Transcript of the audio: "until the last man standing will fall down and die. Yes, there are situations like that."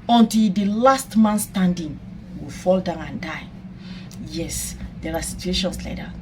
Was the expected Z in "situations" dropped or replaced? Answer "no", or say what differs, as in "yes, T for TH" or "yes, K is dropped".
yes, S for Z